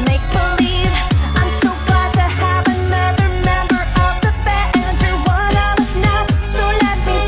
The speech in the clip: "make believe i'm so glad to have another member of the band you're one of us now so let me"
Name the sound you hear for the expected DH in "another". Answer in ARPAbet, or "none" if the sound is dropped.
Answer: none